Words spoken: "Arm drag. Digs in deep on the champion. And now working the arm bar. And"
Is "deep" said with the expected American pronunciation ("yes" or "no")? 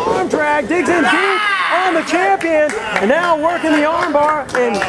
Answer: no